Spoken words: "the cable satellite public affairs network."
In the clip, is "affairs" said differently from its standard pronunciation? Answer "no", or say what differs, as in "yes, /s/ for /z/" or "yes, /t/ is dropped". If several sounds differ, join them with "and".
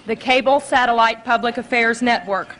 no